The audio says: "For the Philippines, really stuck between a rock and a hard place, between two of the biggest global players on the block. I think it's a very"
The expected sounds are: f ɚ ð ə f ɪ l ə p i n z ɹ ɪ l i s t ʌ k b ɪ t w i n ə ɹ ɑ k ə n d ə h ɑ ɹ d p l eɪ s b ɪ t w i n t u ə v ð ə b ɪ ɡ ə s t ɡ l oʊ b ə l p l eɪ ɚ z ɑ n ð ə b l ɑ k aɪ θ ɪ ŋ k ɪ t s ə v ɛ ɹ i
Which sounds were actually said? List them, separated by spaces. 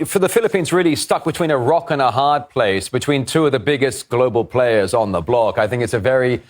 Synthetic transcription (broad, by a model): f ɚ ð ə f ɪ l ə p i n z ɹ ɪ l i s t ʌ k b ɪ t w i n ə ɹ ɑ k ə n ə h ɑ ɹ d p l eɪ s b ɪ t w i n t u ə v ð ə b ɪ ɡ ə s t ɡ l oʊ b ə l p l eɪ ɚ z n ð ə b l ɑ k aɪ θ ɪ ŋ k ɪ t s ə v ɛ ɹ i